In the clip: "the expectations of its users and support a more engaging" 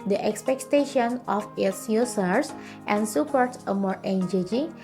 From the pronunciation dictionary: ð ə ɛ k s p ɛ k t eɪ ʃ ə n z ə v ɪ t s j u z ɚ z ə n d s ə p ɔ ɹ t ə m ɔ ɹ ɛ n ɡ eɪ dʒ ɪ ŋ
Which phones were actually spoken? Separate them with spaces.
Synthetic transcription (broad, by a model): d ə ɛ k s p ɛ k t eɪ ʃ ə n ə f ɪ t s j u s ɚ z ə n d s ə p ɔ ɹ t ə m ɔ ɹ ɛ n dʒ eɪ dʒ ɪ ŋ